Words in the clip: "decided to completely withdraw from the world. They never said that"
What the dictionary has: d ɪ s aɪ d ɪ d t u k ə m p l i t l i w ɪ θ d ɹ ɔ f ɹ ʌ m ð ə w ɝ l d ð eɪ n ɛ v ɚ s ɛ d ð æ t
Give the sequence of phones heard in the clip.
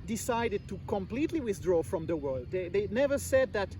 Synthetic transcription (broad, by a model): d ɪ s aɪ d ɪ d t u k ə m p l i t l i w ɪ θ d ɹ ɔ f ɹ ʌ m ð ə w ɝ l d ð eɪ n ɛ v ɚ s ɛ d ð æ t